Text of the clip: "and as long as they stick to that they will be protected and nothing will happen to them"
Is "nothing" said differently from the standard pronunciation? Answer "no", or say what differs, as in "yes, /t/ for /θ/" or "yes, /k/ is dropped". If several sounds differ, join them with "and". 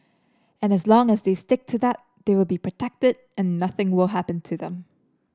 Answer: no